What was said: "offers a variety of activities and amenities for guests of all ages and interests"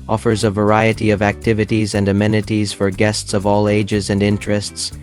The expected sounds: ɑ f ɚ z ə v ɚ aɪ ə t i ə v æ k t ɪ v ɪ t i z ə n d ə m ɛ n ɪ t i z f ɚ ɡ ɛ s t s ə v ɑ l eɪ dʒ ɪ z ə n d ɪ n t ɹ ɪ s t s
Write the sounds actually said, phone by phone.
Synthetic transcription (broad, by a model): ɑ f ɚ z ə v ɚ aɪ ə t i ə v æ k t ɪ v ɪ t i z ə n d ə m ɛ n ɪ t i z f ɚ ɡ ɛ s t s ə v ɑ l eɪ dʒ ɪ z ə n d ɪ n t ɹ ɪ s t s